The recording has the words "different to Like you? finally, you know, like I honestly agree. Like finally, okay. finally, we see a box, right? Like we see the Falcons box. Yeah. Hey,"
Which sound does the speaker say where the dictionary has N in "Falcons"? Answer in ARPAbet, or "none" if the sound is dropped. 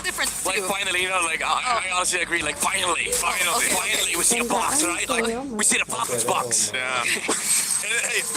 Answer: none